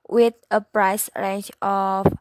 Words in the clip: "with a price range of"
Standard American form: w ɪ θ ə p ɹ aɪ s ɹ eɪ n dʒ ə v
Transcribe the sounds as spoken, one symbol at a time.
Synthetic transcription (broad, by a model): w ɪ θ ə p ɹ aɪ s ɹ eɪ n tʃ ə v